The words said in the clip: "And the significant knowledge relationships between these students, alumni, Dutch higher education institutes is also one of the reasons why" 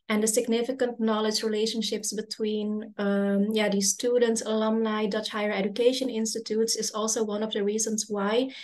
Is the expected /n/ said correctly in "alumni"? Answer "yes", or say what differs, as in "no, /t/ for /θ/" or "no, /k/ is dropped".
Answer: no, /l/ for /n/